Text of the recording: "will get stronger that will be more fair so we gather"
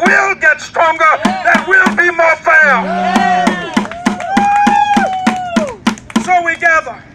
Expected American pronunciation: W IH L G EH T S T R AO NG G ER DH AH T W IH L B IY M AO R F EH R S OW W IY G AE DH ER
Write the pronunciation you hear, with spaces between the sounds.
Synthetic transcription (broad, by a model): W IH L G EH T S T R AO NG G ER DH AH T W IH L B IY M AO R F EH L S OW W IY G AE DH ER